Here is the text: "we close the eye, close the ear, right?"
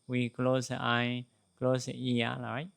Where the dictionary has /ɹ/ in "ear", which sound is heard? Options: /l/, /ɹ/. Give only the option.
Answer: /l/